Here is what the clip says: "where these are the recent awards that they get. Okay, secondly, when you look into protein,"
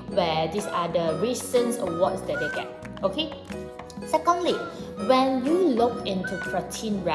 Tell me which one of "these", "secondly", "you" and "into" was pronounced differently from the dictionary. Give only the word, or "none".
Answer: these